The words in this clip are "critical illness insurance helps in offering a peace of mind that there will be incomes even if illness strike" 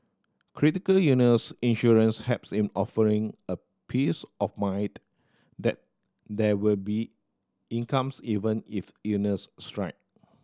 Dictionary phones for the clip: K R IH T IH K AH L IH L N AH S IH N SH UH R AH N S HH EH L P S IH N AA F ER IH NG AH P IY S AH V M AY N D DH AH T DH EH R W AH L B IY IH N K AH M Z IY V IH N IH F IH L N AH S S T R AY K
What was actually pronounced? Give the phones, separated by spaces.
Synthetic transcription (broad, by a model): K R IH T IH K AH L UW N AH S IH N SH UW R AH N S HH EH P S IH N AA F ER IH NG AH P IY S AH F M AY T D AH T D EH W AH L B IY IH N K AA M S IY V IH N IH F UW N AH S S T R AY K